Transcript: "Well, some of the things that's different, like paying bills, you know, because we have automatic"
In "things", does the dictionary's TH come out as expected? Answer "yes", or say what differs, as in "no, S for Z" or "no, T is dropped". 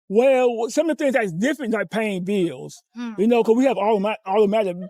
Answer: yes